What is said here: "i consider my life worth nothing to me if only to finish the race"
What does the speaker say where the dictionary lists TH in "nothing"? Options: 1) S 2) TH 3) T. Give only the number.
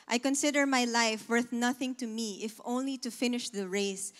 2